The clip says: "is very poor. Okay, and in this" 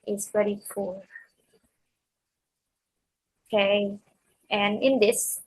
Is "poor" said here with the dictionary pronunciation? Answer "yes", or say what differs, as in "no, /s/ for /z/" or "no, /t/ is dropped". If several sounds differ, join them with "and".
no, /f/ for /p/ and /l/ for /ɹ/